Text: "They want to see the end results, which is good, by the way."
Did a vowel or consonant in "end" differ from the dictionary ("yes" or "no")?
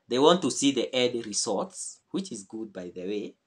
yes